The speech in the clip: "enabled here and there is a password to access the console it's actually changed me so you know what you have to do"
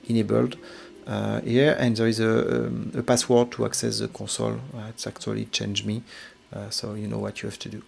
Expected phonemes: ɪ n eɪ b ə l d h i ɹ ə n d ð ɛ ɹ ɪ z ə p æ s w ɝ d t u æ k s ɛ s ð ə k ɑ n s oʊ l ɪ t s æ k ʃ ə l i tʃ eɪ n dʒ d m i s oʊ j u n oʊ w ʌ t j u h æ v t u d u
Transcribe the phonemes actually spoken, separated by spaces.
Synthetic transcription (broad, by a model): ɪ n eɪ b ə l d h i ɹ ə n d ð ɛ ɹ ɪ z ə p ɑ s w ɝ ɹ t u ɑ k s ɛ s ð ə k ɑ s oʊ l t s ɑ k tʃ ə l i tʃ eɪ n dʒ m i s oʊ j u n oʊ w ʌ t j u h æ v t u d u